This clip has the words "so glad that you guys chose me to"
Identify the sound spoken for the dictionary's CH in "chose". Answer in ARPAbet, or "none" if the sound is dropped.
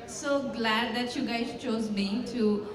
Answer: CH